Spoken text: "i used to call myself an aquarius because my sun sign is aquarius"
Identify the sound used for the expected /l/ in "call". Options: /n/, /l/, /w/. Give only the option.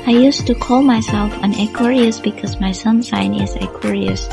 /l/